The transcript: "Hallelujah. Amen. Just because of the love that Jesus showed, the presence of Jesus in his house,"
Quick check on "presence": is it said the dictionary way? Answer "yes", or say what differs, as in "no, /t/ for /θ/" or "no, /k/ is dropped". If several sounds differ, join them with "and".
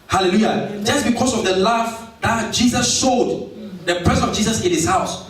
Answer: no, /s/ is dropped